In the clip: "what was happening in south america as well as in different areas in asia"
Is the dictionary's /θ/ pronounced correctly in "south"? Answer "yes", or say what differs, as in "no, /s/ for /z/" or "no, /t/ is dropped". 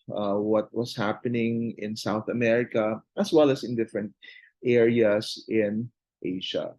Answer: yes